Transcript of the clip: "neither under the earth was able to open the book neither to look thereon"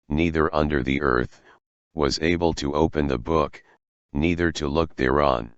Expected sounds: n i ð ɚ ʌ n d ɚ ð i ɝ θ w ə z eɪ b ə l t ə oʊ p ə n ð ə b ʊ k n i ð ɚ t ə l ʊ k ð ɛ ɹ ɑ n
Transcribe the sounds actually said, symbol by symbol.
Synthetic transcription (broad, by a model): n i ð ɚ ʌ n d ɚ ð i ɝ θ w ə z eɪ b ə l t ə oʊ p ə n ð ə b ʊ k n i ð ɚ t ə l ʊ k ð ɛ ɹ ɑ n